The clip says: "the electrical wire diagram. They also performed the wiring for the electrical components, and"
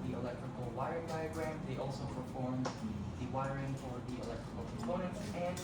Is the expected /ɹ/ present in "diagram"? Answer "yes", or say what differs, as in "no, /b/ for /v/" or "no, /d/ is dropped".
yes